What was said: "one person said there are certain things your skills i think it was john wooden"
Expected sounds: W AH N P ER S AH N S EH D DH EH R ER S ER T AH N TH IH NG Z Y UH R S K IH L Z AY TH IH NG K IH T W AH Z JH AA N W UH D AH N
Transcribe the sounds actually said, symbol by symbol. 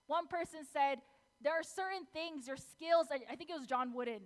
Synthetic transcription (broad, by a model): W AH N P ER S AH N S EH D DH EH R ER S ER T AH N TH IH NG Z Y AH R S K IH L Z AY TH IH NG K IH T W AH Z JH AA N W UH D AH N